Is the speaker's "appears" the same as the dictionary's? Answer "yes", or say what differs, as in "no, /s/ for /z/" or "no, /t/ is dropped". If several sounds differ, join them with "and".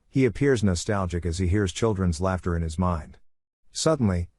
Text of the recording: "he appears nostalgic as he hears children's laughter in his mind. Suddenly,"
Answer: yes